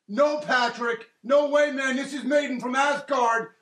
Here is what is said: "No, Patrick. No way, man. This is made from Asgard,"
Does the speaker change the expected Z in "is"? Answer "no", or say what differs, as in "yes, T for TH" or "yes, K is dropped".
no